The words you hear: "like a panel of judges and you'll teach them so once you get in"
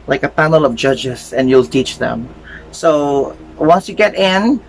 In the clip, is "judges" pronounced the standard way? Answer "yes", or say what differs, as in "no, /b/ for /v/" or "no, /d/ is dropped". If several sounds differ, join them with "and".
no, /s/ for /z/